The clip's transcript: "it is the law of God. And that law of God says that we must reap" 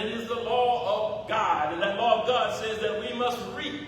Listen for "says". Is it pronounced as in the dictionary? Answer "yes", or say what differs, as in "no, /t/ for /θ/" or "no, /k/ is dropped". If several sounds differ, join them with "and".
yes